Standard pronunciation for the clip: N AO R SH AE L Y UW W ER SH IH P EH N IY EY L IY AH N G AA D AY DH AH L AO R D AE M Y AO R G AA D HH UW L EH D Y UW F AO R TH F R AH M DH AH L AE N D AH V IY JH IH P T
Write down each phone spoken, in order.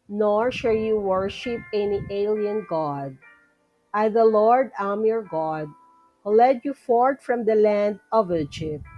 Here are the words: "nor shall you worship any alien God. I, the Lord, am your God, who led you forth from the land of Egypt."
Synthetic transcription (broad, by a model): N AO R SH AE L Y UW W ER SH IH P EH N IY EY L IY AH N G AA D AY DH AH L AO R D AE M Y AO R G AA D HH UW L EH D Y UW F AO R T F R AH M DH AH L AE N D AH V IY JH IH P T